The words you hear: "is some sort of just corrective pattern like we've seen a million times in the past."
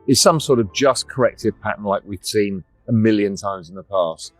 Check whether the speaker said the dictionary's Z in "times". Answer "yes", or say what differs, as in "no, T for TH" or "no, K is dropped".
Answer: yes